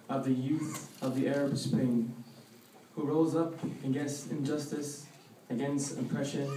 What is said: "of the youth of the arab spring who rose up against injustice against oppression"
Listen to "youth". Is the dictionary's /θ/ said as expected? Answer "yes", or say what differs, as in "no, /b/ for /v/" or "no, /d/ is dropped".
yes